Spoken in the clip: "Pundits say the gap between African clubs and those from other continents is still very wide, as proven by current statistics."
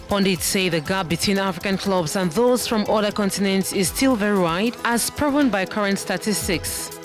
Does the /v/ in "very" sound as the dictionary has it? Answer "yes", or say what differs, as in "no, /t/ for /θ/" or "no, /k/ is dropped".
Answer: yes